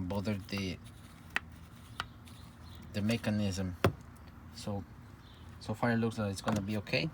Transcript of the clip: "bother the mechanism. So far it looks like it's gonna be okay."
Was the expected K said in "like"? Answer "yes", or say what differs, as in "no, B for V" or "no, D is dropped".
no, K is dropped